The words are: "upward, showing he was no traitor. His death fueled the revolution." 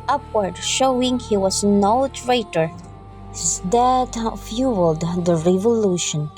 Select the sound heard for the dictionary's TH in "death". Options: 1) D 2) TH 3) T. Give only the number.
3